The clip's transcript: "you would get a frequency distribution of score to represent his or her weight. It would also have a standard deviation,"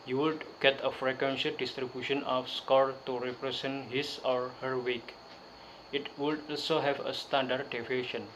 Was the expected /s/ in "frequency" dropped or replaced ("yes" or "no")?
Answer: yes